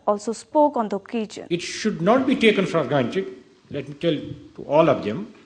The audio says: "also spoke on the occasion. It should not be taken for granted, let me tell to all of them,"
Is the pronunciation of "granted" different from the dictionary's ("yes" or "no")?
yes